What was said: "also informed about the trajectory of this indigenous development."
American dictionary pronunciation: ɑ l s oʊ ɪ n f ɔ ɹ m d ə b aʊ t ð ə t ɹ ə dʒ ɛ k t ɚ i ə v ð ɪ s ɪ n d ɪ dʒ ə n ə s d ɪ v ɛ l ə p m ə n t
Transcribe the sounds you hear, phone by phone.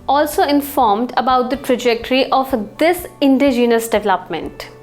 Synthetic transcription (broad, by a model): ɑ l s oʊ ɪ n f ɔ ɹ m d ə b aʊ t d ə t ɹ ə dʒ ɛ k t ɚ i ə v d ɪ s ɪ n d ɪ dʒ ə n ə s d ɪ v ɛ l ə p m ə n t